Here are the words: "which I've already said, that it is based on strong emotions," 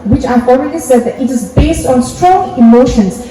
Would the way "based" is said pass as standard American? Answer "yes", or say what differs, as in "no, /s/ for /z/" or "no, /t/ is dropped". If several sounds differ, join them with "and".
yes